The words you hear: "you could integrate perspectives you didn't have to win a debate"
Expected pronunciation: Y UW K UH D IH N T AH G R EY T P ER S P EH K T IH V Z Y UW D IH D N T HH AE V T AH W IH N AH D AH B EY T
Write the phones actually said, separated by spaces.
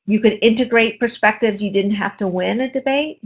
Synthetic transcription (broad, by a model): Y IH K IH D IH N T AH G R EY T P ER S P EH K T IH V Z Y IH D IH D N T HH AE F T AH W IH N AH D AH B EY T